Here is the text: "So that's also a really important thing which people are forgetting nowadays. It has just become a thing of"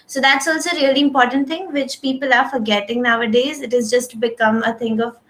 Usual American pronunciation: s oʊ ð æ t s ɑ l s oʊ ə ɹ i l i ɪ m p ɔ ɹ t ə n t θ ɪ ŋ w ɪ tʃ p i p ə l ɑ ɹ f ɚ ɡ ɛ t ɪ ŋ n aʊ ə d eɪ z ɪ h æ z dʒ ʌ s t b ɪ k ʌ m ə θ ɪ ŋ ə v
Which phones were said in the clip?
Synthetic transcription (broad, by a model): s oʊ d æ t s ɑ l s oʊ ə ɹ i l i ɪ m p ɔ ɹ t ə n t ɪ ŋ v ɪ tʃ p i p ə l ɑ ɹ f ɚ ɡ ɛ t ɪ ŋ n aʊ ə d eɪ z ɪ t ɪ z dʒ ʌ s t b ɪ k ʌ m ə t ɪ ŋ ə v